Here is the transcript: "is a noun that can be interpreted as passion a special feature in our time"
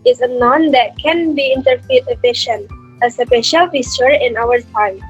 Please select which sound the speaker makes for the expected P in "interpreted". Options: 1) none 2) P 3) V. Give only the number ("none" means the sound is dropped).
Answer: 1